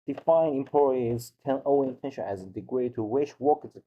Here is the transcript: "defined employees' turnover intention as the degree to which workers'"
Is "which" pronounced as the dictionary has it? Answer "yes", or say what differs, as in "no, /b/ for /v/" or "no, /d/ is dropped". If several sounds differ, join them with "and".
no, /ʃ/ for /tʃ/